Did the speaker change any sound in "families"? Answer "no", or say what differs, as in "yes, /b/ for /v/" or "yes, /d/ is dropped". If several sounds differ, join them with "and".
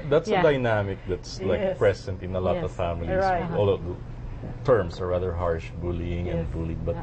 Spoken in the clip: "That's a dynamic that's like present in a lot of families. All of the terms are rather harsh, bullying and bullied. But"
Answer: yes, /z/ is dropped